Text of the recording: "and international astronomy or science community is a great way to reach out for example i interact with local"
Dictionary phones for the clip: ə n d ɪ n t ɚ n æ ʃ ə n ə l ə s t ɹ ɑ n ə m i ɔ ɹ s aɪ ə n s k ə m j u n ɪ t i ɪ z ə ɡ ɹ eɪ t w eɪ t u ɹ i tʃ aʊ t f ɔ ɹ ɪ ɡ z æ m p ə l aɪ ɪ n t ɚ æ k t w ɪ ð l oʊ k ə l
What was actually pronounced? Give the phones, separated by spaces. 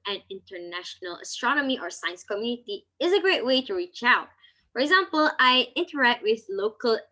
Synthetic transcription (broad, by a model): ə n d ɪ n t ɚ n æ ʃ ə n ə l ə s t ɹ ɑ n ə m i ɔ ɹ s aɪ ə n s k ə m j u n ɪ t i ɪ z ə ɡ ɹ eɪ t w eɪ t u ɹ i tʃ aʊ t f ɔ ɹ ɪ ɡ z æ m p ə l aɪ ɪ n t ɚ æ k t w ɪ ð l oʊ k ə l